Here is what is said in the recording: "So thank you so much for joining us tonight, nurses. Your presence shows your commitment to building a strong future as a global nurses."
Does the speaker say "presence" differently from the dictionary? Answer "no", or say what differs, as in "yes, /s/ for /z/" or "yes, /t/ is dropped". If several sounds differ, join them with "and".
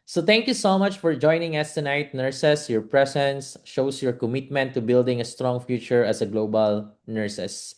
yes, /s/ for /z/